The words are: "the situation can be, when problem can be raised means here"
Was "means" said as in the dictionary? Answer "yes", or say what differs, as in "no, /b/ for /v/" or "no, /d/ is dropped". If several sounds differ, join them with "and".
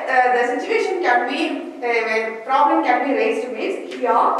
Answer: no, /n/ is dropped